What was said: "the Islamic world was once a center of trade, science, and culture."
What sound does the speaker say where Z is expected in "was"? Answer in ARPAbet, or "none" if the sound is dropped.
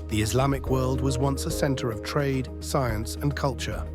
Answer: Z